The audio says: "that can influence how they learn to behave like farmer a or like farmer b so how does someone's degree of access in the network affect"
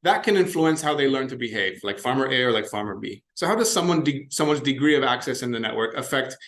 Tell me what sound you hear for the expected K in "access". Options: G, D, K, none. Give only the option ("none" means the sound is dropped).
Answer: K